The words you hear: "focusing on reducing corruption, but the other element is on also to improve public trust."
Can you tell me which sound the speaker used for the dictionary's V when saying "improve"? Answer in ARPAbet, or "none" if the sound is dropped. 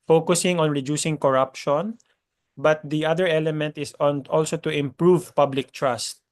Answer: V